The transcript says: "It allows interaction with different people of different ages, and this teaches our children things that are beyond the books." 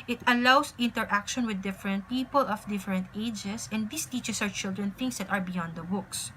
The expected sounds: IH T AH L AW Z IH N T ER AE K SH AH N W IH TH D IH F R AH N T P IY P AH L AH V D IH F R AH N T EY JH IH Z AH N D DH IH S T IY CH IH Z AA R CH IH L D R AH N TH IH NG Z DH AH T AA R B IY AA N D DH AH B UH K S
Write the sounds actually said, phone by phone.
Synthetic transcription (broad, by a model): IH T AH L AW S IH N T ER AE K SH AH N W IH D IH F R AH N T P IY P AH L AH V D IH F R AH N T EY JH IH S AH N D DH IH S T IY CH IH S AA W CH IH L D R AH N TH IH NG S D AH T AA R B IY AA N D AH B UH K S